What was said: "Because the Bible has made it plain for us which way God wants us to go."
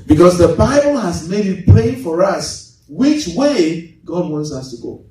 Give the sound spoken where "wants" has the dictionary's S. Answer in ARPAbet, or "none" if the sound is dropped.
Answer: S